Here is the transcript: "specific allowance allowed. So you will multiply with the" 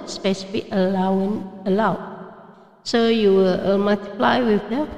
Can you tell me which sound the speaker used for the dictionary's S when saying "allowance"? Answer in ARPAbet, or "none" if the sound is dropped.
none